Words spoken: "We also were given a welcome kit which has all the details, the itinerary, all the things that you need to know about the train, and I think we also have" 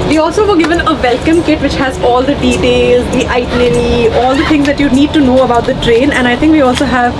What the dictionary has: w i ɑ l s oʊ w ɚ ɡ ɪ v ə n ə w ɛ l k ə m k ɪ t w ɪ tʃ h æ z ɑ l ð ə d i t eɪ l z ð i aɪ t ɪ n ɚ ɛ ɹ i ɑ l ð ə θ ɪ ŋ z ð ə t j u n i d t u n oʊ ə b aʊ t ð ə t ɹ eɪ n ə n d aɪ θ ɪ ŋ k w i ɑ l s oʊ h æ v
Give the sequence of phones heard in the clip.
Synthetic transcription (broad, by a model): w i ɑ l s oʊ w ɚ ɡ ɪ v ə n ə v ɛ l k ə m k ɪ t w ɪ tʃ h æ z ɑ l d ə d i t eɪ l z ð i aɪ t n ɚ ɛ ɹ i ɑ l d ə t ɪ ŋ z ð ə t j u n i d t u n oʊ ə b aʊ t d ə t ɹ eɪ n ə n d aɪ t ɪ ŋ k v i ɑ l s oʊ h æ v